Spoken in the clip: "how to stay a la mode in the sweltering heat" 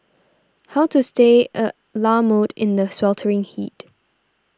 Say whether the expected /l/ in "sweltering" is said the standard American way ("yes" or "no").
yes